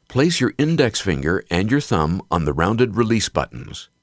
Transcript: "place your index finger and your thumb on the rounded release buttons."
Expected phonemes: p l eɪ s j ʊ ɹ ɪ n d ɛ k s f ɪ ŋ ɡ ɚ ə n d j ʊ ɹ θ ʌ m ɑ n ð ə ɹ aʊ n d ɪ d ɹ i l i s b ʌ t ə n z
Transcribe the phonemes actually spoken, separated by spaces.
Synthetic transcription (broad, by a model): p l eɪ s j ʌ ɹ ɪ n d ɛ k s f ɪ ŋ ɡ ɚ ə n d j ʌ ɹ θ ʌ m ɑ n ð ə ɹ aʊ n d ɪ d ɹ i l i s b ʌ t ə n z